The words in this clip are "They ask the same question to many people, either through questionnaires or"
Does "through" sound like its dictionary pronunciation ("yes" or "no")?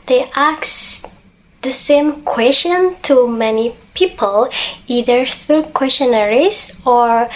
no